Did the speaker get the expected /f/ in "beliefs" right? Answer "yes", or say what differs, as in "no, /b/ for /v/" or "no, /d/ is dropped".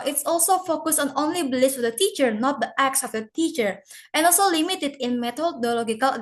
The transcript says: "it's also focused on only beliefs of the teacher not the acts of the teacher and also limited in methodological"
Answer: no, /f/ is dropped